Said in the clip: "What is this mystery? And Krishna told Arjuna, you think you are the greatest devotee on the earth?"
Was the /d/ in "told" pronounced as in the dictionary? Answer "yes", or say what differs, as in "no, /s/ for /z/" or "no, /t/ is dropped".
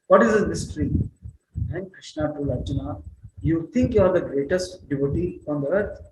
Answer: no, /d/ is dropped